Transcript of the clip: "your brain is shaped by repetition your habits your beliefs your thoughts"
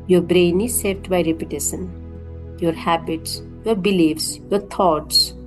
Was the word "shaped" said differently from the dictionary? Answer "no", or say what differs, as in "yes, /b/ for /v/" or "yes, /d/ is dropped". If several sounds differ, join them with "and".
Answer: yes, /s/ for /ʃ/